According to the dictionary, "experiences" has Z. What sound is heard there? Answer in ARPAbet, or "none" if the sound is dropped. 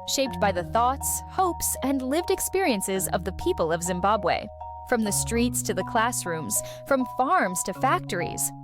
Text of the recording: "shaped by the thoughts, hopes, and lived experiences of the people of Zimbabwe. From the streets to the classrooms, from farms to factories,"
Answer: Z